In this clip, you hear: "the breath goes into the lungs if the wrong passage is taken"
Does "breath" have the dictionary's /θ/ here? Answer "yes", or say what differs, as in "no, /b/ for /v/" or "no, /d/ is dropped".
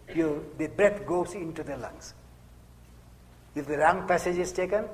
no, /t/ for /θ/